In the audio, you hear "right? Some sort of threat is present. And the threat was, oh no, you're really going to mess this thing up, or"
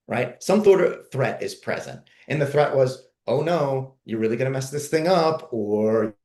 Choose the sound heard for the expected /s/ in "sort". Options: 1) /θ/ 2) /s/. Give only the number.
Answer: 1